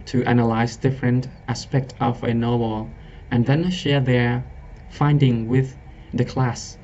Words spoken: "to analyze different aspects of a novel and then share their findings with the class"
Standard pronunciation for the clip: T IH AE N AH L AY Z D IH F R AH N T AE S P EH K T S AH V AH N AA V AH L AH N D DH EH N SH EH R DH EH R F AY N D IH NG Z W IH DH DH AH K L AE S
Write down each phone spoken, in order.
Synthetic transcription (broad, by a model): T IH AE N AH L AY Z D IH F R AH N T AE S P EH K T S AH V AH N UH W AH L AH N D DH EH N SH EH R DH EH R F AY N D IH NG W IH DH DH AH K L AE S